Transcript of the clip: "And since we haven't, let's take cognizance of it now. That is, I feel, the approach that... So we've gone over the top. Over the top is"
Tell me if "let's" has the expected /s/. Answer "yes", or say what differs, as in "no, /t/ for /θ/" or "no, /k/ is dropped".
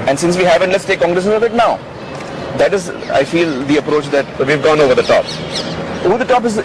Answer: yes